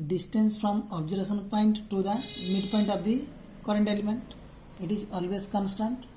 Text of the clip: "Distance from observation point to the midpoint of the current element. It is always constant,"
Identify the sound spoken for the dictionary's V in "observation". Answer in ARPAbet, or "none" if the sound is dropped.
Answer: none